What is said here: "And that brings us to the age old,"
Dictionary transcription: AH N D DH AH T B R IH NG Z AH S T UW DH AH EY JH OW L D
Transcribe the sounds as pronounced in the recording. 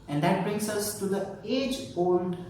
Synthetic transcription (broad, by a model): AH N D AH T B R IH NG S AH S T UW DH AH EY JH OW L D